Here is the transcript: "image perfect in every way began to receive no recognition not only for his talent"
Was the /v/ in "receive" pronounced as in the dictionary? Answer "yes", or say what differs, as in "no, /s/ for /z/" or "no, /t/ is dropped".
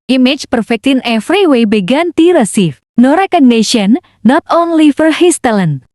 no, /f/ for /v/